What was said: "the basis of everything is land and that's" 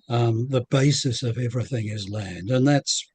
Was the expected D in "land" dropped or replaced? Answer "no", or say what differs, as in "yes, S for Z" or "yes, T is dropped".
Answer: no